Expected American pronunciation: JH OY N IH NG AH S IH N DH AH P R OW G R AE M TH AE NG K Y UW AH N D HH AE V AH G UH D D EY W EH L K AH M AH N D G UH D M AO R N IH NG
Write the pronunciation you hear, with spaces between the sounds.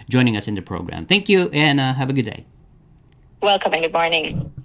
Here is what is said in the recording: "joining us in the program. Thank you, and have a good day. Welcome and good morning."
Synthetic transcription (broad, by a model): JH OY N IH NG AH S IH N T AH P R OW G R AE M TH AE NG K Y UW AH N HH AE V AH G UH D D EY W EH L K AH M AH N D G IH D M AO R N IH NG